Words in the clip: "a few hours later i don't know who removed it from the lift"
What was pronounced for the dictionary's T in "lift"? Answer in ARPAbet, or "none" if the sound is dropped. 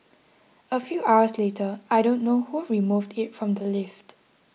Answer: T